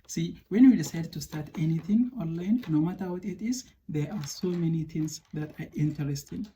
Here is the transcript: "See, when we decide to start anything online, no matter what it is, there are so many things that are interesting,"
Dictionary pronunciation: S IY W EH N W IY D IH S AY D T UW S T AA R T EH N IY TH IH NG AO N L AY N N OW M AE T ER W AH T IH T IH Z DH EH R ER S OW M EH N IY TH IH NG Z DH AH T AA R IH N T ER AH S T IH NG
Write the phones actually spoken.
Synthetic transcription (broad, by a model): S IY W EH N W IY D IH S AY D T UW S T AA R T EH N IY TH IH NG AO N L AY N N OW M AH T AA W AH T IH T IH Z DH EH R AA S OW M EH N IY T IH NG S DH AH T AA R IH N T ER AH S T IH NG